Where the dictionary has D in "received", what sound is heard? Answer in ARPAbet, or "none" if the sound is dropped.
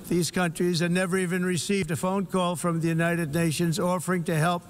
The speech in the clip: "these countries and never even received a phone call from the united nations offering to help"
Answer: D